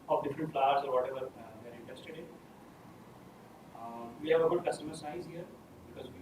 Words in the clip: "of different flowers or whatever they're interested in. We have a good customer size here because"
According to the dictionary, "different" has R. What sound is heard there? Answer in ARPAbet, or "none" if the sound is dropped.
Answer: R